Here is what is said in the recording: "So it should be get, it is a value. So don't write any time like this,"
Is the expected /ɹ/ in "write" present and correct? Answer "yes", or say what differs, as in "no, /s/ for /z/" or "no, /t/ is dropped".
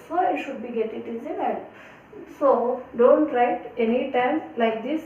yes